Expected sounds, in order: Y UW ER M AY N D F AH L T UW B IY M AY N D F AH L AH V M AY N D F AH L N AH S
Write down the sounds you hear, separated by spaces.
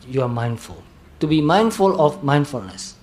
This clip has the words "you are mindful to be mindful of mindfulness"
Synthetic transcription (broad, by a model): Y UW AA M AY N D F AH L T UW B IY M AY N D F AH L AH F M AY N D F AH L N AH S